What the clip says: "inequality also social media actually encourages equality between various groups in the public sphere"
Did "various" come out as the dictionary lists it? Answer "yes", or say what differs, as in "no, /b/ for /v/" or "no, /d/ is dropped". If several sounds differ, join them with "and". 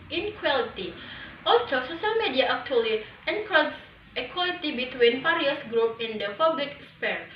no, /p/ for /v/